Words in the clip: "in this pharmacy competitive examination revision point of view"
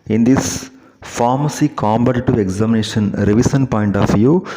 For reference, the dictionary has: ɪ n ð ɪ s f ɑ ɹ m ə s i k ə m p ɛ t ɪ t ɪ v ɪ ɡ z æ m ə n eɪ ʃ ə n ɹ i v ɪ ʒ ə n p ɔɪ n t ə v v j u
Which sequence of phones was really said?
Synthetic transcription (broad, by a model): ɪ n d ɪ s f ɑ ɹ m ə s i k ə m b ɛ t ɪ t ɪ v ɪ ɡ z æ m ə n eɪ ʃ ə n ɹ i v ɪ s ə n p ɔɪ n t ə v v j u